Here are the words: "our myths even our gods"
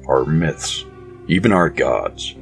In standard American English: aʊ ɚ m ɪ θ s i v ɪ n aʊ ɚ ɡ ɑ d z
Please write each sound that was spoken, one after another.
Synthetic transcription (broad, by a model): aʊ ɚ m ɪ θ s i v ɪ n aʊ ɚ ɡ ɑ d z